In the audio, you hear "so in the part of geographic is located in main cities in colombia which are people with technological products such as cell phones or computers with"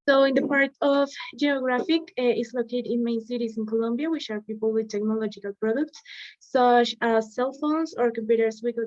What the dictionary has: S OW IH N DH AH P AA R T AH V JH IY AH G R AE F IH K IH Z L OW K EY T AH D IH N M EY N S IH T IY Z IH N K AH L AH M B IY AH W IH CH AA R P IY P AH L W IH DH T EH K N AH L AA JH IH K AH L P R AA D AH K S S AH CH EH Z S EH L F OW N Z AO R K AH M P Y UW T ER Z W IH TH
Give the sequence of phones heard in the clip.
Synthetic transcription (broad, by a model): S OW IH N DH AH P AA R T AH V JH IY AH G R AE F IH K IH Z L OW K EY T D IH N M EY N S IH T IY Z IH N K AH L AH M B IY AH W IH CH AA R P IY P AH L W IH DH T EH K N AH L AA JH IH K AH L P R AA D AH K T S AH CH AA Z S EH L F OW N S AO R K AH M P Y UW T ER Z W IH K